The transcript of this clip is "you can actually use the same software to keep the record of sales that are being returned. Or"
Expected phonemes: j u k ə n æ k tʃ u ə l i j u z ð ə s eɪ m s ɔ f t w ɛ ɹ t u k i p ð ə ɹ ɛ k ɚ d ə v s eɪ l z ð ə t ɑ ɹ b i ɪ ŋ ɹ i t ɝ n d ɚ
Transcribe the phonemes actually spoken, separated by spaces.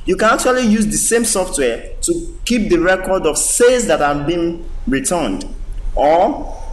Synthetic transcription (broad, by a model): j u k ə n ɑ k tʃ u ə l i j u z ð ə s eɪ m s ɔ f t w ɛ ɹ t u k i p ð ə ɹ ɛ k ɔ d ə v s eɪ z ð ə t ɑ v b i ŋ ɹ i t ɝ n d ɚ